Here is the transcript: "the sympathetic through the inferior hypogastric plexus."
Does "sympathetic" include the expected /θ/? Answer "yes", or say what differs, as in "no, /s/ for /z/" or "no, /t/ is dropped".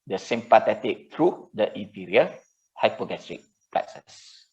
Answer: no, /t/ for /θ/